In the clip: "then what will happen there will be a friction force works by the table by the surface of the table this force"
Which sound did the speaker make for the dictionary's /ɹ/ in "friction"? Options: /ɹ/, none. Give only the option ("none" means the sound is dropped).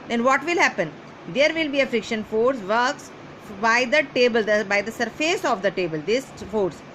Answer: /ɹ/